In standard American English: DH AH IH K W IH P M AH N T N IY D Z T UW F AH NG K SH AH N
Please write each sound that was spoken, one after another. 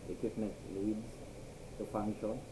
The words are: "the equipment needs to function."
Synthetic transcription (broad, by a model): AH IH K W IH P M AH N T L IY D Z T UW F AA NG K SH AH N